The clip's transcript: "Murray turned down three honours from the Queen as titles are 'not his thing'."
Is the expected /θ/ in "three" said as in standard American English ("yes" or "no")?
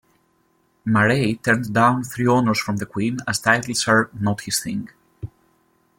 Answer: yes